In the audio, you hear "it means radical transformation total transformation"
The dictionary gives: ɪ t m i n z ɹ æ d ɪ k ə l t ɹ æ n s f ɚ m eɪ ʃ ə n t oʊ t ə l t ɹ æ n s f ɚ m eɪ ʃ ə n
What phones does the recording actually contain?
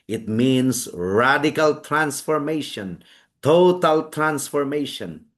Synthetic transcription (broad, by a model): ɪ t m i n s ɹ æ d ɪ k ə l t ɹ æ n s f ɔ m eɪ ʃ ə n t oʊ t ə l t ɹ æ n s f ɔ m eɪ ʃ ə n